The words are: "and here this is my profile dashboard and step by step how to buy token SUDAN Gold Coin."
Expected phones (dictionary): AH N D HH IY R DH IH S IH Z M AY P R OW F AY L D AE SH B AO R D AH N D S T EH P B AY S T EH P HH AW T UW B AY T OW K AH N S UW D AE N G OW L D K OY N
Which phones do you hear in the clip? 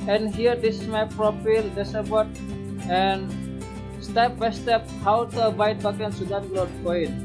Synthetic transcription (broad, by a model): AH N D HH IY R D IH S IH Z M AY P R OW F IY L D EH S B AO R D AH N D S T EH P B AY S T EH P HH AW T UW B AY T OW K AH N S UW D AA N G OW D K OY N